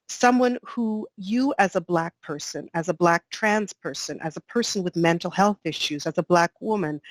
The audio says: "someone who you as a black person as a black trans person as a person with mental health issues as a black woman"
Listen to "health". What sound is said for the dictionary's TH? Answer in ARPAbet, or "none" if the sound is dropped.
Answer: TH